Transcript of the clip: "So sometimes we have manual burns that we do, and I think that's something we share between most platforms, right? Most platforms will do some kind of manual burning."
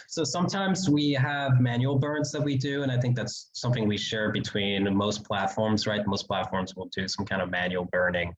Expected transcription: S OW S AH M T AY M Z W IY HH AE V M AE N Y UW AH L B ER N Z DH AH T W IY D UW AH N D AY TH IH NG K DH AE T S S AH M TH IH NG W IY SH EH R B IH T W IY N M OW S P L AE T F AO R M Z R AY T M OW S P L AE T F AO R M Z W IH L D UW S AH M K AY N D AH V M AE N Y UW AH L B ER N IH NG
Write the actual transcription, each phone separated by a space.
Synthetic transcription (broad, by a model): S OW S AH M T AY M Z W IY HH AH V M AE N Y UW L B ER N Z DH AH T W IY D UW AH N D AY TH IH NG K DH AE T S S AH M TH IH NG W IY SH EH R B IH T W IY N M OW S P L AE T F AO R M Z R AY T M OW S P L AE T F AO R M Z W IH L D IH S AH M K AY N D AH V M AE N Y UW L B ER N IH NG